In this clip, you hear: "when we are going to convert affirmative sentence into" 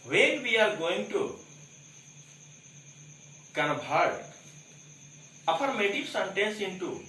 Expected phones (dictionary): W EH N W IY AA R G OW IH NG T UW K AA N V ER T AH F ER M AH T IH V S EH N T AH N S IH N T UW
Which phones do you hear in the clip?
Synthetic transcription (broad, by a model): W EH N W IY AA R G OW IH NG T UW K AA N B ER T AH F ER M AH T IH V S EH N T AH N S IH N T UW